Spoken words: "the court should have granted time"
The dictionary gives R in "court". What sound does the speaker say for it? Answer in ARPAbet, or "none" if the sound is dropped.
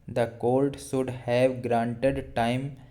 L